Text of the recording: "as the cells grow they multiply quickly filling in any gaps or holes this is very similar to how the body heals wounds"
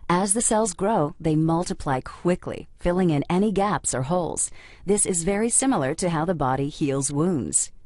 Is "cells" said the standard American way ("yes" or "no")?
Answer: yes